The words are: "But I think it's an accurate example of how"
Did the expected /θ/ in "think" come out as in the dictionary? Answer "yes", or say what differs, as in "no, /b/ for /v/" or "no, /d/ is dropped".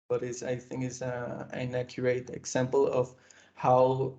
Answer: yes